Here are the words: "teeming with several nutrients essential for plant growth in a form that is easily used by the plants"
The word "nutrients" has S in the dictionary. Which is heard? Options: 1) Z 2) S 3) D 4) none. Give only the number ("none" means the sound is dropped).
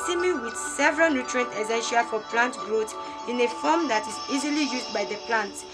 4